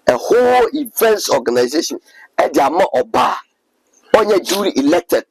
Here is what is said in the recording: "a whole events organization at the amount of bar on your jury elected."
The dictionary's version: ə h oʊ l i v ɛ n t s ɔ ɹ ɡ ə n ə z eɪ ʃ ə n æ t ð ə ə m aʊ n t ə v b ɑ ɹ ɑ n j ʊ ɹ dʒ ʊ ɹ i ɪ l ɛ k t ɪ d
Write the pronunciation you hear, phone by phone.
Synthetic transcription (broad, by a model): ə h oʊ l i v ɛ n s ɔ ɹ ɡ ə n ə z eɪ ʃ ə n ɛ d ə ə m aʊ t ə b ɑ ɑ n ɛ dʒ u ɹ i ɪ l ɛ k t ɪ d